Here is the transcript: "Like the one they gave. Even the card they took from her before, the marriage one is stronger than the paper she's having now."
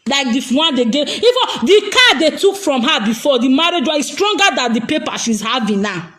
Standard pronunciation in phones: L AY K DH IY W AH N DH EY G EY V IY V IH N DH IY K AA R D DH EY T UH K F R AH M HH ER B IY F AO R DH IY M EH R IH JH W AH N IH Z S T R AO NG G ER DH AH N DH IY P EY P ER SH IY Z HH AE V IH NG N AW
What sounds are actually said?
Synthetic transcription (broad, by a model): L AY K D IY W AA N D EY G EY IY F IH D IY K AA D EY T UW K F R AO M HH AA B IY F AO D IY M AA R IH JH W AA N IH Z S T R AO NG G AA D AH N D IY P EY P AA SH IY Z HH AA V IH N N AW